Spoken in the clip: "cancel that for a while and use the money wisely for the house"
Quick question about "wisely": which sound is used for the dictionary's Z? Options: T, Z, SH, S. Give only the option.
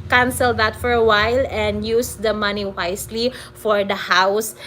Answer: S